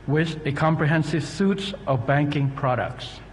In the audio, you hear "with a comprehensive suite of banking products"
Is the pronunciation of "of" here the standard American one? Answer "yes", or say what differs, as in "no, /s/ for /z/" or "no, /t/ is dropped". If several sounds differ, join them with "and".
yes